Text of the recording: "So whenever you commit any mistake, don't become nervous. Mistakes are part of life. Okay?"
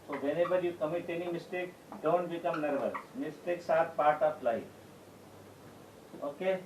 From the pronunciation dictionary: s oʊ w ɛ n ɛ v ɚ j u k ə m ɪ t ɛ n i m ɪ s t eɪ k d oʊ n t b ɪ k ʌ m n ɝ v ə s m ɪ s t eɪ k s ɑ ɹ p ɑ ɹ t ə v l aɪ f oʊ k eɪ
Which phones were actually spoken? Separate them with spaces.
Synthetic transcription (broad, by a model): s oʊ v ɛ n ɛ b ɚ j u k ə m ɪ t ɛ n i m ɪ s t eɪ k d oʊ n t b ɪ k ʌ m n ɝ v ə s m ɪ s t eɪ k s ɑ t p ɑ ɹ t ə p l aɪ oʊ k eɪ